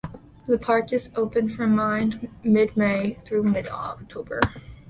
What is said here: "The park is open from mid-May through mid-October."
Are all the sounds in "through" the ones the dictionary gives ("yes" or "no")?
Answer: yes